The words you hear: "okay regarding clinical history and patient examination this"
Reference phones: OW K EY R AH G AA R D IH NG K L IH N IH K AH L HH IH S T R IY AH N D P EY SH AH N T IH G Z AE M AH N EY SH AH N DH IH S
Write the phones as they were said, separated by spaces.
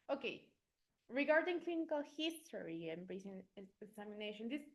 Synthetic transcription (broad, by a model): OW K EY R AH G AA R D IH NG K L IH N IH K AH L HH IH S T R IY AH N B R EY S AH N IH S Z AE M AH N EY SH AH N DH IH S